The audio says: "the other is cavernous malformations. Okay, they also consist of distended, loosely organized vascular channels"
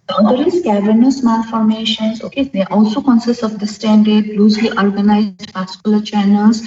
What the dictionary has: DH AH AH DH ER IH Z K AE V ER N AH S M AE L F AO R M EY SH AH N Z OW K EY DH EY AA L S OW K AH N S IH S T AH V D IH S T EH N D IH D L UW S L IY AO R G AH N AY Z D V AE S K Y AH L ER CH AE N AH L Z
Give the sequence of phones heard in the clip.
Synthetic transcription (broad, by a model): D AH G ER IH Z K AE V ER N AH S M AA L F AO R M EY SH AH N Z OW K EY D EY AA L S OW K AH N S IH S T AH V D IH S T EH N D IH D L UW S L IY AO R G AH N AY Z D P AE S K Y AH L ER CH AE N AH L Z